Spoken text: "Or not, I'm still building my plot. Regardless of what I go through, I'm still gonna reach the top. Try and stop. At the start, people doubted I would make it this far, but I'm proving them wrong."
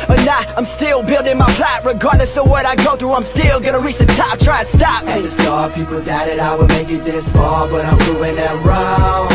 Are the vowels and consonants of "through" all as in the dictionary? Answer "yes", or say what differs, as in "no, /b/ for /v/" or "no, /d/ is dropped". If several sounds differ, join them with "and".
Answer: yes